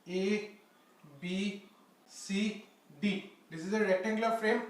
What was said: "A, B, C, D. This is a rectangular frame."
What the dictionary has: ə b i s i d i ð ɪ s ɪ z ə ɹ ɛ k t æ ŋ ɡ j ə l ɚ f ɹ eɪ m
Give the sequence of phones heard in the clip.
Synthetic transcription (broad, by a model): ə b i s i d i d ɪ s ɪ z ə ɹ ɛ t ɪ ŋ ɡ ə l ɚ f ɹ eɪ m